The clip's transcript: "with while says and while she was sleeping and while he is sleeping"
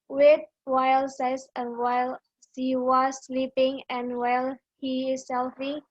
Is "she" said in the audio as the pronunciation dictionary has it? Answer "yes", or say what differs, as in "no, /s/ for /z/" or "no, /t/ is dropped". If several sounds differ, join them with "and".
no, /s/ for /ʃ/